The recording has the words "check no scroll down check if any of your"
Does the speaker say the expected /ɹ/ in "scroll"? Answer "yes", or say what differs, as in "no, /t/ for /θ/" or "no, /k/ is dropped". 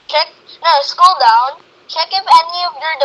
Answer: no, /ɹ/ is dropped